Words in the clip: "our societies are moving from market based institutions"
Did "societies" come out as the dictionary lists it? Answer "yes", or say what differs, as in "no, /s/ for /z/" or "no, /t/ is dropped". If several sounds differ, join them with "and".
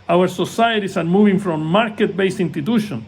no, /s/ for /z/